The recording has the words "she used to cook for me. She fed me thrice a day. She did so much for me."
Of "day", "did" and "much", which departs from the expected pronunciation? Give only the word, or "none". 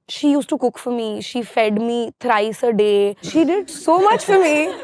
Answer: none